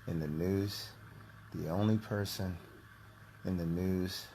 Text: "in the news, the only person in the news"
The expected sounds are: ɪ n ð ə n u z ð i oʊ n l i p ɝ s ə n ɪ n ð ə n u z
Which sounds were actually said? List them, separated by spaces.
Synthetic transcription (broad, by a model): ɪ n ð ə n u z ð i oʊ n l i p ɝ s ə n ɪ n ð ə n u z